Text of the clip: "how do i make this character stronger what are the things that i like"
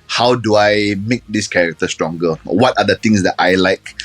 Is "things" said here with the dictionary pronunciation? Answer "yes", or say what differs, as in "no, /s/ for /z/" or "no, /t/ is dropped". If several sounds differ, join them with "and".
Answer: no, /t/ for /θ/